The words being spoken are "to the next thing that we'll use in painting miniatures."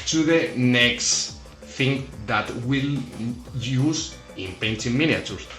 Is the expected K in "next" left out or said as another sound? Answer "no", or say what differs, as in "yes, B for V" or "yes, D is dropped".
no